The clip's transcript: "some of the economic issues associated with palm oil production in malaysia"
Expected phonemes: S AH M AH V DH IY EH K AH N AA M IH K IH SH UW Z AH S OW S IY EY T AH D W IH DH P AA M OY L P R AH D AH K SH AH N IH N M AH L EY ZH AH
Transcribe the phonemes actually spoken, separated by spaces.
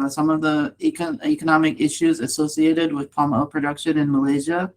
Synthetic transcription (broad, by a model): S AH M AH V DH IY EH K AH N AA M IH K IH SH UW Z AH S OW S IY EY T AH D W IH DH P AA M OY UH P R AH D AH K SH AH N IH N M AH L EY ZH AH